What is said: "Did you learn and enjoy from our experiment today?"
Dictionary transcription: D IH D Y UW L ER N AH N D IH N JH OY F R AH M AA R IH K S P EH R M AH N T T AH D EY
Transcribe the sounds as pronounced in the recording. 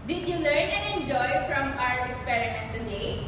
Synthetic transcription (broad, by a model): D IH Y UW L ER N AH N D IH N JH OY F R AH M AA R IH S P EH R AH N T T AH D EY